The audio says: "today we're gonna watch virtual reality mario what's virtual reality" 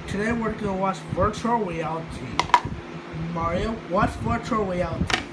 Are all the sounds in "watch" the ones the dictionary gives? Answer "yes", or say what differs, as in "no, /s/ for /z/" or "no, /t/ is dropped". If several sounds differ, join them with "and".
no, /s/ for /tʃ/